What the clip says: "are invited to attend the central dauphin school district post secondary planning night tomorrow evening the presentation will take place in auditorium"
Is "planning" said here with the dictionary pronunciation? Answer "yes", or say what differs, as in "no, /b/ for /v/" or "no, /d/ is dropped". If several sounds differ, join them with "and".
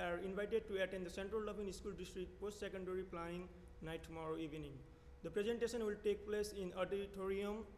no, /n/ is dropped